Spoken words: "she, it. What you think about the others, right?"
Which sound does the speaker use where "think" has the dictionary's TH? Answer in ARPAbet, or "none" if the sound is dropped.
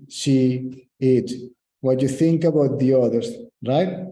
TH